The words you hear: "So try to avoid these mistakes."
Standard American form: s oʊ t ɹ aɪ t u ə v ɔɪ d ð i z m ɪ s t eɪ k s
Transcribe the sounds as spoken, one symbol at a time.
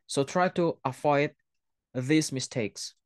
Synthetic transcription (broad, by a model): s oʊ t ɹ aɪ t u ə f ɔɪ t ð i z m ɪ s t eɪ k s